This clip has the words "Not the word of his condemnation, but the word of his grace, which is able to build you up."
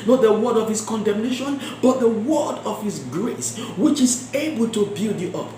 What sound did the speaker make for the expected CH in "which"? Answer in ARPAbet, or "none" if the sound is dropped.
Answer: CH